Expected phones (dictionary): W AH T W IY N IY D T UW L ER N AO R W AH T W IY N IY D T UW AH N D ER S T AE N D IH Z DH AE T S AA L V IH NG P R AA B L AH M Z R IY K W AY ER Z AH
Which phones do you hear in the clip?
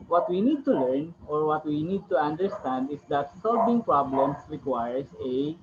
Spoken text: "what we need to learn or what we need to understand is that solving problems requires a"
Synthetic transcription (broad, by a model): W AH T W IY N IY D T UW L ER N AO R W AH T W IY N IY D T UW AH N D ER S T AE N D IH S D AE T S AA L B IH NG P R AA B L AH M S R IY K W AY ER S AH